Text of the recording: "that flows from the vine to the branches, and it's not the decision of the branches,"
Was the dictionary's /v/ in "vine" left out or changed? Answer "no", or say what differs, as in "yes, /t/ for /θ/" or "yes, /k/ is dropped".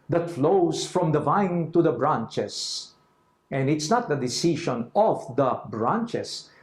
no